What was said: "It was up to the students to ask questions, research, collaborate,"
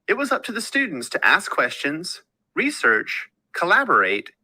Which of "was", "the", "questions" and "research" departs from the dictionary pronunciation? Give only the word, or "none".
none